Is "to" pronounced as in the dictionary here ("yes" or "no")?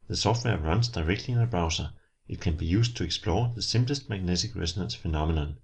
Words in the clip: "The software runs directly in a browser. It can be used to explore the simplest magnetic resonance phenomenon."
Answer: no